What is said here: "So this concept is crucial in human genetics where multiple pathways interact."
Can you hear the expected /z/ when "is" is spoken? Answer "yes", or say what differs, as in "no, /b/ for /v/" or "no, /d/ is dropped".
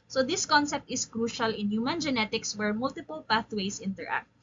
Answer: no, /s/ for /z/